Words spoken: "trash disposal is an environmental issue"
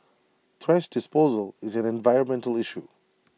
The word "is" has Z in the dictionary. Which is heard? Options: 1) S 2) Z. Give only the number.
2